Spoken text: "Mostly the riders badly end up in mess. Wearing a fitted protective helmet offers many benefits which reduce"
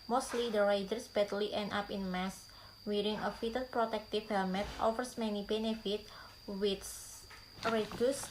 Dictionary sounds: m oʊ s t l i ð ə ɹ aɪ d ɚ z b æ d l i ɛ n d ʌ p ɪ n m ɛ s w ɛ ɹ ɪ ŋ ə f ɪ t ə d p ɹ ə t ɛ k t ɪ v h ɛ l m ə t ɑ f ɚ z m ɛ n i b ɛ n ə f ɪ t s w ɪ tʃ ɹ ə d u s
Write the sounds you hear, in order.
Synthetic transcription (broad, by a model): m oʊ s t l i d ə ɹ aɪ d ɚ s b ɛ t l i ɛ n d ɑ p ɪ n m ɛ s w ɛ ɹ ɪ ŋ ə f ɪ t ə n p ɹ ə t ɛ k t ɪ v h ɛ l m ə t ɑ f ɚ s m ɛ n i b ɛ n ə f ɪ t w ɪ s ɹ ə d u s